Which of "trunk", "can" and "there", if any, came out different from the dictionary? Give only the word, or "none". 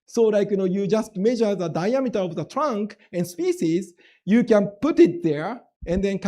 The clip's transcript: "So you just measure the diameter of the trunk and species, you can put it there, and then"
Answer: none